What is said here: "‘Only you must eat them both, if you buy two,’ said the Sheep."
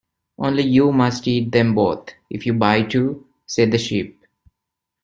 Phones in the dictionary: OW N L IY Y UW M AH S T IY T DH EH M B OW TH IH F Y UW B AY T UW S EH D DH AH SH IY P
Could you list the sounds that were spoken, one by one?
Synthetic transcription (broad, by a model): OW N L IY Y UW M AH S T IY T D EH M B OW T IH F Y UW B AY T UW S EH D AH SH IY P